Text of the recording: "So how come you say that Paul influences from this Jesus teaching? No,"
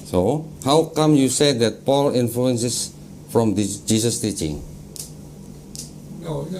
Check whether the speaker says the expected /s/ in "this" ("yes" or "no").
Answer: no